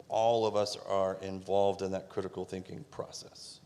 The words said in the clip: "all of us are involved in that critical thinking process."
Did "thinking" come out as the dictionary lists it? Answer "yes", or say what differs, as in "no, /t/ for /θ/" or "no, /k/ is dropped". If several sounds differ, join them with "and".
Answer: yes